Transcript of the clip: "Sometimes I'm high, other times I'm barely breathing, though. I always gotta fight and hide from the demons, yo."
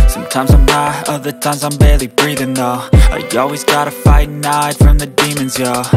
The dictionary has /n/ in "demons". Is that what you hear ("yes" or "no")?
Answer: yes